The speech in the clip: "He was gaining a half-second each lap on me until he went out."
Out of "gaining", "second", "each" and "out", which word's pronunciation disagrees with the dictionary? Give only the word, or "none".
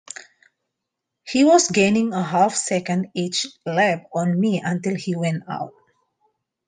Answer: none